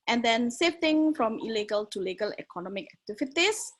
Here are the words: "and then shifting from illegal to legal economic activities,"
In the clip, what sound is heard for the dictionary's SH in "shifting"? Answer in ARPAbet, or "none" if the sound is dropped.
S